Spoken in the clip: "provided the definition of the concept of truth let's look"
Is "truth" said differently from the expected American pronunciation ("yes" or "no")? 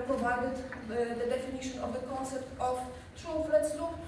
yes